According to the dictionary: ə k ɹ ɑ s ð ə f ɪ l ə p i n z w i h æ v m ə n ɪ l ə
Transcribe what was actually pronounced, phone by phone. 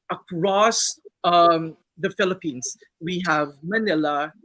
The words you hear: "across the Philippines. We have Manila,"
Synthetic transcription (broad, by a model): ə k ɹ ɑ s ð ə f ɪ l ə p i n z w i h æ v m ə n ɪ l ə